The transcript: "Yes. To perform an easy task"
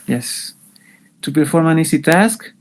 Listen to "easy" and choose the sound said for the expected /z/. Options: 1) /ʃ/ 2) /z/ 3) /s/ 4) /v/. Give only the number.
3